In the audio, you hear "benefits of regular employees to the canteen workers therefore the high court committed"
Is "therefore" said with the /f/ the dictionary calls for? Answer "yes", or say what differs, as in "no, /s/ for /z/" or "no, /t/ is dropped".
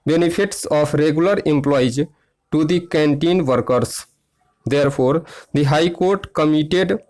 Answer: no, /p/ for /f/